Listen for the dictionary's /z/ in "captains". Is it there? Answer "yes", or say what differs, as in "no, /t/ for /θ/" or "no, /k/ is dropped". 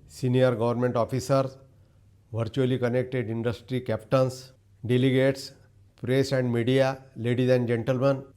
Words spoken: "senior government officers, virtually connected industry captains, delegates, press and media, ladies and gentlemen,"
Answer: no, /s/ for /z/